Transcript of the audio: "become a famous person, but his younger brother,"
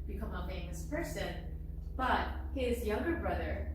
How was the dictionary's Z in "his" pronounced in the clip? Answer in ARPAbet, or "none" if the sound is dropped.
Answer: Z